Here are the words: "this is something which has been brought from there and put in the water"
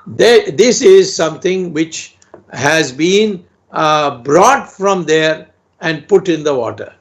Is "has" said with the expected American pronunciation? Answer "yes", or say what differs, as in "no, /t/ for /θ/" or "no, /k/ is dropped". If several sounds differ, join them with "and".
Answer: yes